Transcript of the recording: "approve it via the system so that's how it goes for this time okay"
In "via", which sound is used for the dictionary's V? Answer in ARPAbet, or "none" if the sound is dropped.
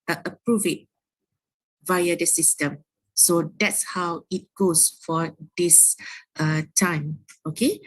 V